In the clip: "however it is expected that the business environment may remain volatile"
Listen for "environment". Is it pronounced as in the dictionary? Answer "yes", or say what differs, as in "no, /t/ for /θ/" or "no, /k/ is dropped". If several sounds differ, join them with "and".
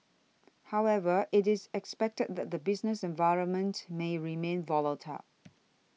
yes